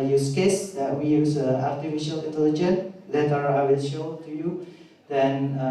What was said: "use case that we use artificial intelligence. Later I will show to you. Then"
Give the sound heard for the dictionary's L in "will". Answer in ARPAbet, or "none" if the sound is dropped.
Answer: N